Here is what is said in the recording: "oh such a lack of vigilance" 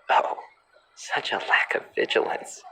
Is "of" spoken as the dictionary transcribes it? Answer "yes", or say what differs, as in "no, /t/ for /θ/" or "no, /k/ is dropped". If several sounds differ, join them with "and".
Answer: yes